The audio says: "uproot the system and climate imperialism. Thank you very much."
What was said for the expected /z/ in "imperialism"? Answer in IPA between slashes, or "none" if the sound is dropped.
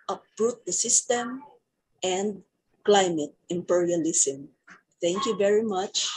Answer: /s/